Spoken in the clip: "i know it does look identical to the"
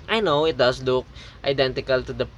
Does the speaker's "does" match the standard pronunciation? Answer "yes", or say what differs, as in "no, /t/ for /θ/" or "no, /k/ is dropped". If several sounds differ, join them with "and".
no, /s/ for /z/